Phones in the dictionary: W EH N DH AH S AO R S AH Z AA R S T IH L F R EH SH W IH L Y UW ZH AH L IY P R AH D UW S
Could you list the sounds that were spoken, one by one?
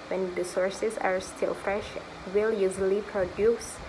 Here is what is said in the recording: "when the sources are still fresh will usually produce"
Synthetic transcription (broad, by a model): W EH N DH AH S AO R S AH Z AA R S T IH L F R EH SH W IH L Y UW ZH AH L IY P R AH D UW S